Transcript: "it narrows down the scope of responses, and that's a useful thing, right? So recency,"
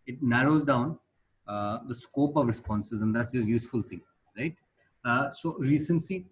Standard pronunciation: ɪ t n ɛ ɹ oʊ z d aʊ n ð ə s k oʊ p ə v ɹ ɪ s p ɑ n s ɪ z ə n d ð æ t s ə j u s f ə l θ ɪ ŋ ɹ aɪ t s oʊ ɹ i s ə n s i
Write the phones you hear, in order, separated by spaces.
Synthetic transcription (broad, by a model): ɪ t n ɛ ɹ oʊ z d aʊ n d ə s k oʊ p ə v ɹ ɪ s p ɑ n s ɪ z ə n d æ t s ə j u s f ə l t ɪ ŋ ɹ aɪ t s oʊ ɹ i s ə n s i